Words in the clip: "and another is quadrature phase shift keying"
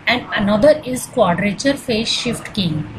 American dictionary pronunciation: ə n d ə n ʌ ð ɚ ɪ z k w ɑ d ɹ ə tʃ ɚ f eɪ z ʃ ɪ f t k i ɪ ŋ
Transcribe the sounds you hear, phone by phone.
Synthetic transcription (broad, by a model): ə n d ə n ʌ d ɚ ɪ z k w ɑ d ɹ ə tʃ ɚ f eɪ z ʃ ɪ f t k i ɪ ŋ